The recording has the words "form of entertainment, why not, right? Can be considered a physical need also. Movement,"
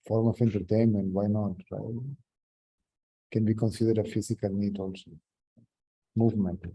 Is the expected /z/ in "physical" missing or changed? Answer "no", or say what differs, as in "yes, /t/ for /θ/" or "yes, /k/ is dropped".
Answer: yes, /s/ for /z/